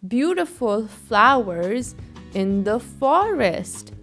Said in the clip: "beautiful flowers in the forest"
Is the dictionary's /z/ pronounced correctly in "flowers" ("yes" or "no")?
yes